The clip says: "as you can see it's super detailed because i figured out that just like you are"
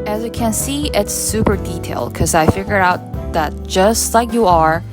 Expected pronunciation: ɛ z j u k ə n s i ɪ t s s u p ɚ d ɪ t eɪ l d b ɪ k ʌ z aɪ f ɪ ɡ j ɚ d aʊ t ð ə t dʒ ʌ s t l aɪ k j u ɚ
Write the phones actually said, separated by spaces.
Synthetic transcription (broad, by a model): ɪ z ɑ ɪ k ə n s i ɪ t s s u p ɚ d ɪ t eɪ l d k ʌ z aɪ f ɪ ɡ j ɚ aʊ t ð ə t dʒ ʌ s t l aɪ k j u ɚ